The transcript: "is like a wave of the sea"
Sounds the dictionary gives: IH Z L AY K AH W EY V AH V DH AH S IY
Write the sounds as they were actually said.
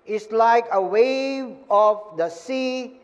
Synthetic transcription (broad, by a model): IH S L AY K AH W EY V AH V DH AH S IY